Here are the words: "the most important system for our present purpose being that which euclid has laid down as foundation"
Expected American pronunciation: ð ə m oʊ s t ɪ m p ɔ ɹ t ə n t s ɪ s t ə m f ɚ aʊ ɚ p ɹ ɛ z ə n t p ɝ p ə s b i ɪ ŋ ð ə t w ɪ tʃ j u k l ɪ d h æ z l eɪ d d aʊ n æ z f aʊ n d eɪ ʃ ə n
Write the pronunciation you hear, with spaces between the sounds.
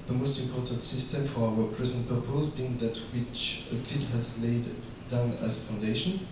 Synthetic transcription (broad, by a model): ð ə m oʊ s t ɪ m p ɔ ɹ t ə n t s ɪ s t ə m f ɚ aʊ ɚ p ɹ ɛ z ə n t p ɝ p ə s b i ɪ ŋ ð ə t w ɪ tʃ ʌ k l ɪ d h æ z l eɪ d d aʊ n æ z f aʊ n d eɪ ʃ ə n